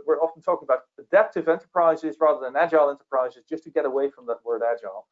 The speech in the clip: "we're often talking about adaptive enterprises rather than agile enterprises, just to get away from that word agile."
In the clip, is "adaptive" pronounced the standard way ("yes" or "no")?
yes